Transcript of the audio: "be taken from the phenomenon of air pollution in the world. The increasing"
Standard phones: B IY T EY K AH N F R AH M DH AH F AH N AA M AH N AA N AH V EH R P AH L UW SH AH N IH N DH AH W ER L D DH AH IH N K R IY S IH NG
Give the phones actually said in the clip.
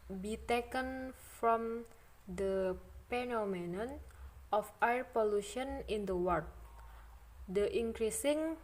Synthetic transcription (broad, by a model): B IY T EY K AH N F R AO M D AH P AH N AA M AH N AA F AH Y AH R P AH L UW SH AH N IH N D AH W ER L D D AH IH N K R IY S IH NG